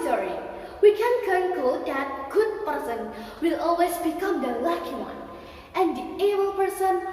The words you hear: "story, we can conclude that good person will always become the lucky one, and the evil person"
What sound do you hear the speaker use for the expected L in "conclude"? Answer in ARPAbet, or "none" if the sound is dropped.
none